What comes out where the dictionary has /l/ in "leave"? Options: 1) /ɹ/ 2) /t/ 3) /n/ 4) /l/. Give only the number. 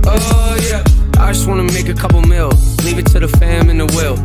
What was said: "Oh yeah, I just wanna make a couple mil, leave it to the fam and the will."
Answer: 4